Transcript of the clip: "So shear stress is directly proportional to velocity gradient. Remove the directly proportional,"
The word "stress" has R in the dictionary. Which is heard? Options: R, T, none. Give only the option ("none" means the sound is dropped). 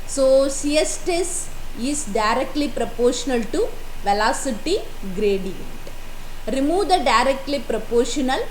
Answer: none